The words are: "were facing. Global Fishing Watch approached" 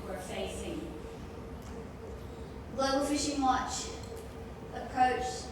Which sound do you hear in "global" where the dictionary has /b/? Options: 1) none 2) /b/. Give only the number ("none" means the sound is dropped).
1